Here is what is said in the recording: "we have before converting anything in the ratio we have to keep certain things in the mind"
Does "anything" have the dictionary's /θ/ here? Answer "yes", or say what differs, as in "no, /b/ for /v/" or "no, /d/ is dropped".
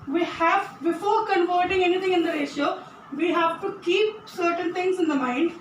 no, /t/ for /θ/